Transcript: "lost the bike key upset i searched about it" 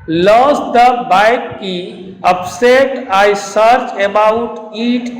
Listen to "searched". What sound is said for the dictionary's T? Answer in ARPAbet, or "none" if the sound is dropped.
none